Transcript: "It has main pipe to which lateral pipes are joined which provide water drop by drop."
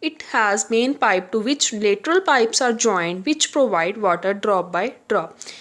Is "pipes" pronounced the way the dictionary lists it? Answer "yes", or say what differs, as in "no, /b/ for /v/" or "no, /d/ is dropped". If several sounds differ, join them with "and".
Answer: yes